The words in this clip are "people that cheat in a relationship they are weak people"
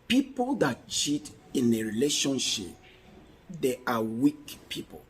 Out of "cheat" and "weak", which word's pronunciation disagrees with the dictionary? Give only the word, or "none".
none